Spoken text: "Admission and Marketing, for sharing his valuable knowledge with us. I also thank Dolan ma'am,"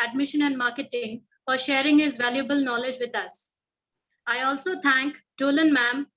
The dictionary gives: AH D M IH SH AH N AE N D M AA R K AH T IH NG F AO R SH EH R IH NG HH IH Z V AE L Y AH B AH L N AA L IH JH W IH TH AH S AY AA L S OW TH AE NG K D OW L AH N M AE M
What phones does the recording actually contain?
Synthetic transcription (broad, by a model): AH D M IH SH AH N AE N D M AA R K AH T IH NG F AO R SH EH R IH NG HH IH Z V AE L Y AH B AH L N AA L IH JH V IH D AH S AY AA L S OW T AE NG K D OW L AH N M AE M